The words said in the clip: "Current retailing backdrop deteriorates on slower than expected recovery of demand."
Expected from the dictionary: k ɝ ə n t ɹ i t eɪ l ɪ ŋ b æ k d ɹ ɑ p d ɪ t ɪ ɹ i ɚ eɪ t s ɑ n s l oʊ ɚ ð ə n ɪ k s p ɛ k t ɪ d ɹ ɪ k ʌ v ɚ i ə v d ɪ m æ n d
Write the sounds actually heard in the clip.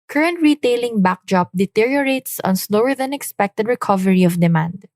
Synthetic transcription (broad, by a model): k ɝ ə n t ɹ i t eɪ l ɪ ŋ b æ k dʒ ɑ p d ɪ t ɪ ɹ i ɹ eɪ t s ɑ n s l oʊ ɚ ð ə n ɪ k s p ɛ k t ɪ d ɹ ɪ k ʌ v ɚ i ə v d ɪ m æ n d